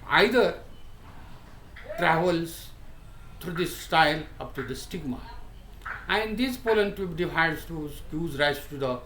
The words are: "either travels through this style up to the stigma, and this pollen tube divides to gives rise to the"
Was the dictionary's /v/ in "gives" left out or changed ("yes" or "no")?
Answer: yes